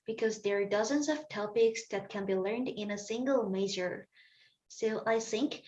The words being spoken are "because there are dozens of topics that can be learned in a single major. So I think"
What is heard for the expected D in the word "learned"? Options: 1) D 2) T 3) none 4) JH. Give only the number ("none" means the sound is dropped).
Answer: 1